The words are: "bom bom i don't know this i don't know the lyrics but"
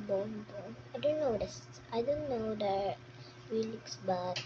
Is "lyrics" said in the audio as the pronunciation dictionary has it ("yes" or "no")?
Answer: no